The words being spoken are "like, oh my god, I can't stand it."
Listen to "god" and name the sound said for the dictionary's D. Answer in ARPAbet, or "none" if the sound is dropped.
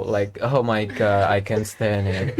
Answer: none